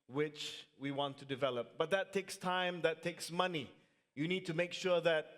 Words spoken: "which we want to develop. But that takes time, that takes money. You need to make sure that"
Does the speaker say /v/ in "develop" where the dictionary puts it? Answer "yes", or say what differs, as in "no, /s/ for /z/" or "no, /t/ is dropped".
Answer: yes